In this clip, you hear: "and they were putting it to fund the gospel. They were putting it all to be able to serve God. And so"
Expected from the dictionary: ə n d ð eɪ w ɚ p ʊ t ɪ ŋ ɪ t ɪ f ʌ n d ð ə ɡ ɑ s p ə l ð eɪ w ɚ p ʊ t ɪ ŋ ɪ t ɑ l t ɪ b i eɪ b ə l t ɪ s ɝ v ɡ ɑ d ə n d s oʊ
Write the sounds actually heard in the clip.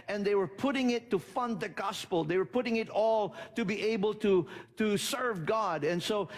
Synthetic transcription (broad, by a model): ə n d ð eɪ w ɚ p ʊ t ɪ ŋ ɪ t ɪ f ʌ n d ð ə ɡ ɑ s p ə l ð eɪ w ɚ p ʊ t ɪ ŋ ɪ t ɑ l t ɪ b i eɪ b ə l t ɪ s ɝ v ɡ ɑ d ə n s oʊ